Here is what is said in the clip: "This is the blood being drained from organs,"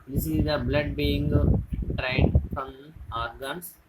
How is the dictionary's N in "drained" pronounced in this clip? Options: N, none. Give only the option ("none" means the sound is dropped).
none